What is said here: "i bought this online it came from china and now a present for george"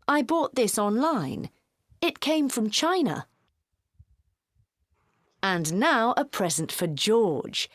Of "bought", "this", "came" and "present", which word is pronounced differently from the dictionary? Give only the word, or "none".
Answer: none